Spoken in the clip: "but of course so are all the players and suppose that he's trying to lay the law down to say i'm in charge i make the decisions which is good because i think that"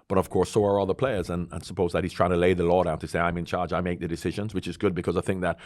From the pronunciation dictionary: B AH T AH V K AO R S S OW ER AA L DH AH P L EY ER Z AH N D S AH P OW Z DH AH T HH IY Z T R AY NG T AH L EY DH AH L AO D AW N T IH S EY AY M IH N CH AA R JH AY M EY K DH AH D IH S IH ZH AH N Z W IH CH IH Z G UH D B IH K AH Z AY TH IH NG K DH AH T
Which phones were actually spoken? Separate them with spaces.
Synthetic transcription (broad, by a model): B AH T AH V K AO R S S OW ER AA L DH AH P L EY ER Z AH N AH S AH P OW Z DH AH T HH IY Z T R AY NG T AH L EY DH AH L AO D AW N T IH S EY AY M IH N CH AA R JH AY M EY K DH AH D IH S IH ZH AH N Z W IH CH IH Z G UH D B IH K AH Z AY TH IH NG K DH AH T